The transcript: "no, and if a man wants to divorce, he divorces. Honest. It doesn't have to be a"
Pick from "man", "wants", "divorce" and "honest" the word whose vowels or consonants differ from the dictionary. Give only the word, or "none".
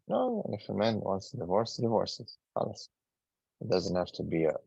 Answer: honest